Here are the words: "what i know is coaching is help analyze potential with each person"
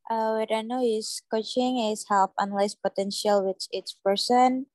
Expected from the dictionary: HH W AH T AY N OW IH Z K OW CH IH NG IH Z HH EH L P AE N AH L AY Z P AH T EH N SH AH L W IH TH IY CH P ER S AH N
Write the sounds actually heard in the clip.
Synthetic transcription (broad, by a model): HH W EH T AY N OW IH S K OW CH IH NG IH S HH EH L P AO N L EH S P AH T EH N SH AH L W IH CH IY S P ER S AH N